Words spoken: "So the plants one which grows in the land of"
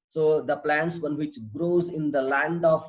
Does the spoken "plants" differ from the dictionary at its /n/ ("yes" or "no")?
no